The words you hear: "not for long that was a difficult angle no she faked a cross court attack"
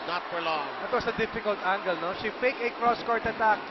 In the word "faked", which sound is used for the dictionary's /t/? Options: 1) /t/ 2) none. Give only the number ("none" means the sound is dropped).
2